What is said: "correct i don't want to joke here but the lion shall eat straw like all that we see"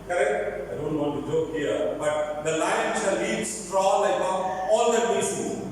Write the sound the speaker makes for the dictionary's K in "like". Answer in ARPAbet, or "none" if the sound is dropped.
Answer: none